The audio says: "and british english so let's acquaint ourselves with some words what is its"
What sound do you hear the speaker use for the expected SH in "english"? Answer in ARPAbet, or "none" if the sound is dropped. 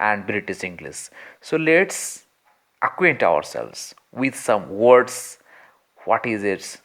S